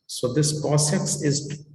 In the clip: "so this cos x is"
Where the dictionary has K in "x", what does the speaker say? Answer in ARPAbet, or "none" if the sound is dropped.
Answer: none